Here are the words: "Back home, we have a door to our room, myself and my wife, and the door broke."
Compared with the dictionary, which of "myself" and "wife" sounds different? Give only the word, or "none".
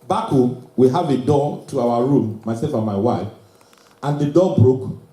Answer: none